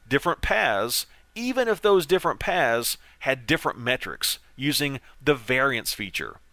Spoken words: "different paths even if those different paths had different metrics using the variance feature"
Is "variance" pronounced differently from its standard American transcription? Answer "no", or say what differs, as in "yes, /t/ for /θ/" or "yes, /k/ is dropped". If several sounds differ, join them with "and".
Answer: no